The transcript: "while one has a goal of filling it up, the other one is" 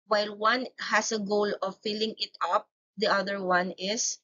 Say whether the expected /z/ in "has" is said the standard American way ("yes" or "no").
no